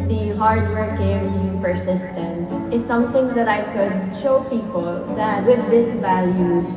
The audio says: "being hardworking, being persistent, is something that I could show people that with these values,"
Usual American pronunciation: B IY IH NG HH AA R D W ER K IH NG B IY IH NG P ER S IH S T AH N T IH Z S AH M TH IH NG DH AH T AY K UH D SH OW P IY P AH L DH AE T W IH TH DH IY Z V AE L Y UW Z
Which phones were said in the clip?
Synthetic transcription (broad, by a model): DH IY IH HH AA R D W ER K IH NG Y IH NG P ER S IH S T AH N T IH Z S AH M TH IH NG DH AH T AY K UH D SH OW P IY P AH L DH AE T W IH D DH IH S V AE L Y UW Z